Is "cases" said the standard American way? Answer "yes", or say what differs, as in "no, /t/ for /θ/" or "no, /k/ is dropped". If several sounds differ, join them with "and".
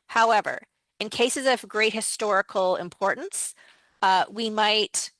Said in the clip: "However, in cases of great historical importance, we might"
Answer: yes